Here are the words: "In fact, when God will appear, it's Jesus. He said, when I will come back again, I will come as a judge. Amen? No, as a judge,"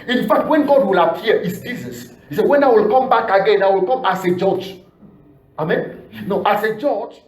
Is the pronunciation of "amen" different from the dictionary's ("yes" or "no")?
no